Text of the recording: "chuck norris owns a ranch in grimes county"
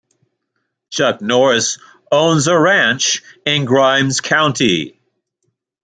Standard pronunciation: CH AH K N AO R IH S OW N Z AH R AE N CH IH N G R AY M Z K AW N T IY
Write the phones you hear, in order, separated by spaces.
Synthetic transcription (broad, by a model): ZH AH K N AO R IH S OW N Z AH R AE N CH IH N G R AY M Z K AW N T IY